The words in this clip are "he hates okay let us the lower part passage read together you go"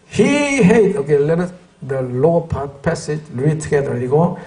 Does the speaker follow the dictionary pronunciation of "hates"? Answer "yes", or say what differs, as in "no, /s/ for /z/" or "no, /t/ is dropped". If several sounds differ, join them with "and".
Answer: no, /s/ is dropped